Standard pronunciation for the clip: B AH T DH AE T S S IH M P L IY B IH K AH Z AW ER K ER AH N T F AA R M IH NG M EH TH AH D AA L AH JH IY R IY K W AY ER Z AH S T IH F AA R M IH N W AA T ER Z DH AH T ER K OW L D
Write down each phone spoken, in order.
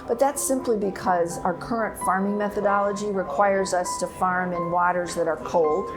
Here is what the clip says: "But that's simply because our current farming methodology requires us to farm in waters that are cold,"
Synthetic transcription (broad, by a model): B AH T DH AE T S S IH M P L IY B IH K AH Z AW ER K ER AH N T F AA R M IH NG M EH TH AH D AA L AH JH IY R IY K W AY ER Z AH S T IH F AA R M IH N W AA T ER Z DH AH T ER K OW L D